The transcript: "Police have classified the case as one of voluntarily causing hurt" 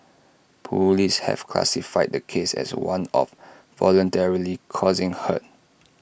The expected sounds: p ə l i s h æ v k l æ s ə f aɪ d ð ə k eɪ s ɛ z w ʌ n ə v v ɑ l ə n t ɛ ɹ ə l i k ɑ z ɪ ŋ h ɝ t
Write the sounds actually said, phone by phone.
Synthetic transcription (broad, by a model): p ə l i s h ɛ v k l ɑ s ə f aɪ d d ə k eɪ s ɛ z w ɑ n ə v v ɑ l ə n t ɛ ɹ ə l i k ɑ z ɪ ŋ h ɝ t